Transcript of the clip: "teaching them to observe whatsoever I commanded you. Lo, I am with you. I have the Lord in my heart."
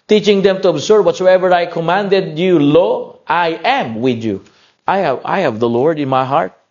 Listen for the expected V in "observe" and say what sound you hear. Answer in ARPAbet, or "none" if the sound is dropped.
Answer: B